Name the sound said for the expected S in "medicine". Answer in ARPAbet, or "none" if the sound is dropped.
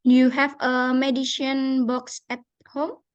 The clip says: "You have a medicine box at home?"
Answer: SH